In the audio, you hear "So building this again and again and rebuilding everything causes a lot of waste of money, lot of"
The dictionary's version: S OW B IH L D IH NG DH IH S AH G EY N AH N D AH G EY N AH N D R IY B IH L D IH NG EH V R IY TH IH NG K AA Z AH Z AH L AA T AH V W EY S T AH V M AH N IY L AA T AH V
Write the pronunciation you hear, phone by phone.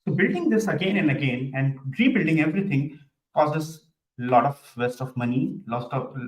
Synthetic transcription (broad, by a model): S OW B IH L D IH NG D IH S AH G EY N AH N D AH G EY N AH N D R IY B IH L D IH NG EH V R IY T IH NG K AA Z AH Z L AA T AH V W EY S T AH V M AH N IY L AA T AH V